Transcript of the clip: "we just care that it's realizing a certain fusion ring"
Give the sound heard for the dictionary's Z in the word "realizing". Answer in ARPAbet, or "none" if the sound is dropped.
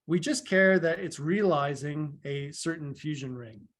Z